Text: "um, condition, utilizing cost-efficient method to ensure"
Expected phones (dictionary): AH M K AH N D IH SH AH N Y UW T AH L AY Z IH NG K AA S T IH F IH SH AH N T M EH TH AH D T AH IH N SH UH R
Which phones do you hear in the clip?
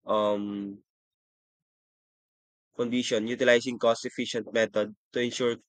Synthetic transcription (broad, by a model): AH M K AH N D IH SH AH N Y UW T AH L AY S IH NG K AA S T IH F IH SH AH N T M EH T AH D T AH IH N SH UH R